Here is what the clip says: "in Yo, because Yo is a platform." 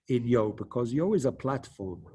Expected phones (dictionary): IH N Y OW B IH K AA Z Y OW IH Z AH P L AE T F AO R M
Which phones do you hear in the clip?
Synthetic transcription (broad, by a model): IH N Y OW B IH K AA Z Y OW IH Z AH P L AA T F AO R M